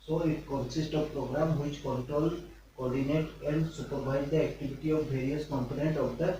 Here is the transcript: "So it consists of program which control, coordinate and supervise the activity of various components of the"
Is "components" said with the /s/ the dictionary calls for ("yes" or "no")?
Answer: no